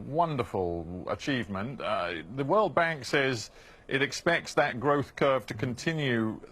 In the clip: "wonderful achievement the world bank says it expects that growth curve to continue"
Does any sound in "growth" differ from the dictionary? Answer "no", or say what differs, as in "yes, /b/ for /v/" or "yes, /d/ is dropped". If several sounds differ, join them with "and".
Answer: no